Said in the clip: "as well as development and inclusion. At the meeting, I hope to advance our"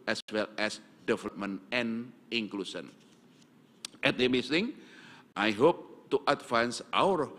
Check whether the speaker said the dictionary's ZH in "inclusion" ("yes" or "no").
no